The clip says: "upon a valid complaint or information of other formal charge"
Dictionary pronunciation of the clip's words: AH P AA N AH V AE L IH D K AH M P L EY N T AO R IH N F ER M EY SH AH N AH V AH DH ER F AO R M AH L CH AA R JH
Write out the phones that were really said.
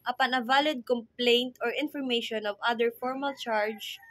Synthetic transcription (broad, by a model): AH P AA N AH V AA L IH D K AH M P L EY N T AO R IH N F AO M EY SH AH N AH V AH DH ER F AO R M AH L CH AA R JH